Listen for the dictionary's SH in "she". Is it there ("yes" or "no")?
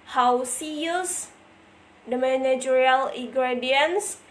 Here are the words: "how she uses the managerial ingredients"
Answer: no